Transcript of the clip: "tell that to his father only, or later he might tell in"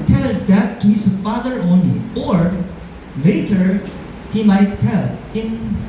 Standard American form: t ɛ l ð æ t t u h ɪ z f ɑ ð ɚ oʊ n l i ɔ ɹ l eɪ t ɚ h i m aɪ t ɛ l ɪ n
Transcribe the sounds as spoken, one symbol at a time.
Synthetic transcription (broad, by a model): t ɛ l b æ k t u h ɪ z f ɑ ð ɚ oʊ n l i ɔ ɹ l eɪ t ɚ h i m aɪ t ɛ l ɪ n